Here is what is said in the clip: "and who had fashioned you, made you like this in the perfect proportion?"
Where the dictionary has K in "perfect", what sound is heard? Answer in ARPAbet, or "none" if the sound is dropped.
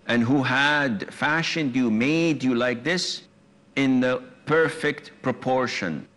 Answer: K